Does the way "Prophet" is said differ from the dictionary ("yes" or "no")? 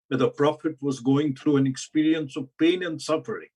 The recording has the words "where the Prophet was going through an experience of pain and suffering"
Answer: no